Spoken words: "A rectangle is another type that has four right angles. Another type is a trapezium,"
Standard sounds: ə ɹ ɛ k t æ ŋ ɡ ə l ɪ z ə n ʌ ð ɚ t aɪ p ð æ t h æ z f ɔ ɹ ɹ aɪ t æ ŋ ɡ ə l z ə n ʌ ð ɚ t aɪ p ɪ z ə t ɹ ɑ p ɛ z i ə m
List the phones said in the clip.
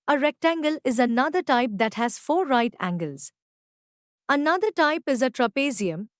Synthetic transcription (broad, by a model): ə ɹ ɛ k t æ ŋ ɡ ə l ɪ z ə n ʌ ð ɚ t aɪ p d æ t h æ z f ɔ ɹ ɹ aɪ t æ ŋ ɡ ə l z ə n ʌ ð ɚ t aɪ p ɪ z ə t ɹ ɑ p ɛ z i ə m